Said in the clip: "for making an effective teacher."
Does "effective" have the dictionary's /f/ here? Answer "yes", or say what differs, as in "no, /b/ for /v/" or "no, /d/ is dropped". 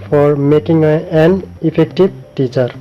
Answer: no, /p/ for /f/